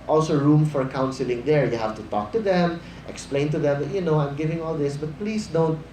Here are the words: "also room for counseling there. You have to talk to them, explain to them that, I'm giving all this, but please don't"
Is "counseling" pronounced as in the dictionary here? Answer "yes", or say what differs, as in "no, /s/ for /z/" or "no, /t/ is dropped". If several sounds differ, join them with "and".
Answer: yes